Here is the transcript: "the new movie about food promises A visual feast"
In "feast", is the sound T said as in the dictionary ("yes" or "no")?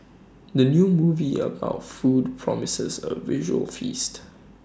yes